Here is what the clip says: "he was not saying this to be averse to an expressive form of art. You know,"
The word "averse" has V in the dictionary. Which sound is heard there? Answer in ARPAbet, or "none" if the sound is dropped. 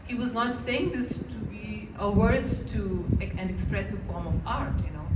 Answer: W